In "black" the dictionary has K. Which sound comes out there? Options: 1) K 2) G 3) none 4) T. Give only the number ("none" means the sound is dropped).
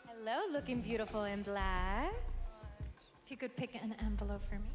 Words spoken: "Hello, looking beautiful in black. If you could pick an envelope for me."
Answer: 3